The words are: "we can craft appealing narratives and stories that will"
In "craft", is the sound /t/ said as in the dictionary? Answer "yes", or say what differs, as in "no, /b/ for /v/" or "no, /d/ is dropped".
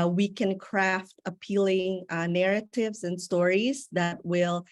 yes